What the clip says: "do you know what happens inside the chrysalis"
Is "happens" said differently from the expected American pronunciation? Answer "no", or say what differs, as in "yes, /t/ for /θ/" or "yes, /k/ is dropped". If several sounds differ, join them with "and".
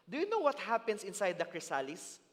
yes, /s/ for /z/